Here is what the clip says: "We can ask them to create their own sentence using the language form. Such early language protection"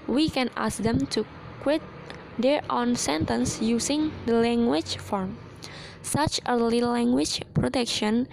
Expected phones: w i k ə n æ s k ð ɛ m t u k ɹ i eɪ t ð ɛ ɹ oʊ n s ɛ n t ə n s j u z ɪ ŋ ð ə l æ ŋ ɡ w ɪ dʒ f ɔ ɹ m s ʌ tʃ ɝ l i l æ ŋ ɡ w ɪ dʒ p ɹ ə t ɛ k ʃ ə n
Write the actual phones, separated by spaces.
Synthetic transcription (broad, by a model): w i k ə n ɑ s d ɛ m t u k w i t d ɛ ɹ oʊ n s ɛ n t ə n s j u s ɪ ŋ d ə l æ ŋ ɡ w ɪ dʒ f ɔ ɹ m s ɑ tʃ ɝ l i l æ ŋ ɡ w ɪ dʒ p ɹ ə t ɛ k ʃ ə n